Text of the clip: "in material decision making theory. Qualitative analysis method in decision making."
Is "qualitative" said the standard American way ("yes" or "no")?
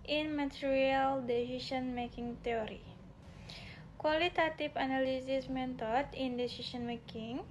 no